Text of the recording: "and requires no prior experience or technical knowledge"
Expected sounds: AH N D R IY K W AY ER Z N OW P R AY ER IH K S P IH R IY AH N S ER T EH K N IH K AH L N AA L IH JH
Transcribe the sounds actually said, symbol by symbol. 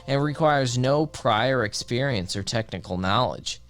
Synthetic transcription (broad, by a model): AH N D R IY K W AY ER Z N OW P R AY ER IH K S P IH R IY AH N S ER T EH K N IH K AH L N AA L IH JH